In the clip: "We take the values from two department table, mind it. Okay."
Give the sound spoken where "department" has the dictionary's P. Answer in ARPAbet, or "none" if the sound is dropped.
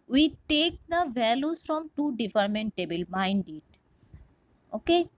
F